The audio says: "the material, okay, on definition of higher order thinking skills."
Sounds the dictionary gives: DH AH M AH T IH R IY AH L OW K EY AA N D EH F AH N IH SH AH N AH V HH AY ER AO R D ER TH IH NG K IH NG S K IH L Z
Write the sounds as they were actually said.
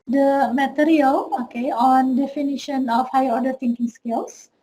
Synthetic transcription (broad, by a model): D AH M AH T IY R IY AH L OW K EY AA N D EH F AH N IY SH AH N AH F HH AY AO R D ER T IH NG K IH NG S K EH L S